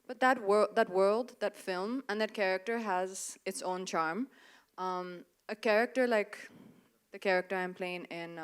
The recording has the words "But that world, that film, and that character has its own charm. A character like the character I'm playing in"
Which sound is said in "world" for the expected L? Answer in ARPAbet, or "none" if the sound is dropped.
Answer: L